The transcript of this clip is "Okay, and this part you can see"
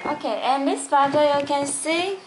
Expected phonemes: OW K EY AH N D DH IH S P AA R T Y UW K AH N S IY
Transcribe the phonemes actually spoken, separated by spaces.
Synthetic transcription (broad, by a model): OW K EY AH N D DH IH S F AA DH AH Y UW K AH N S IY